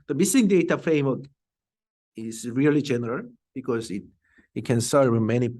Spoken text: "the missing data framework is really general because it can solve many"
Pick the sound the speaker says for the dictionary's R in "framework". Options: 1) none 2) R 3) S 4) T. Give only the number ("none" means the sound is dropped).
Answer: 1